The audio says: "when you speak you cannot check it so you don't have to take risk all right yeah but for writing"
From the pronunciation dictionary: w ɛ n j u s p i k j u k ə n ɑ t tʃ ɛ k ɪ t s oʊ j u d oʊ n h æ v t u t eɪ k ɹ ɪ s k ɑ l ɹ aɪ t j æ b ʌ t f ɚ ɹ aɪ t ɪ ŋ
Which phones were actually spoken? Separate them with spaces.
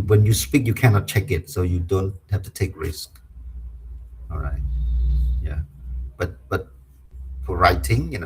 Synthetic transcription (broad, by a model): w ɛ n j u s p i k j u k ə n ɑ t tʃ ɛ k ɪ t s oʊ j u d oʊ n h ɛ f t u t eɪ k ɹ ɪ s k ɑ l ɹ aɪ t j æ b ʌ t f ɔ ɹ aɪ t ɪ ŋ